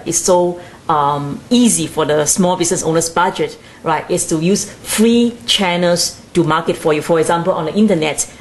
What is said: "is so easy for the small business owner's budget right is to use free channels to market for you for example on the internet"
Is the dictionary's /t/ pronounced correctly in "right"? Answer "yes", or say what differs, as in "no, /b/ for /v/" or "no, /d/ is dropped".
yes